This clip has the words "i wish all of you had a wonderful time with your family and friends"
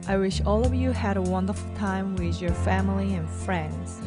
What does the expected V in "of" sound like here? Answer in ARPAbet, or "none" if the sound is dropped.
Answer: V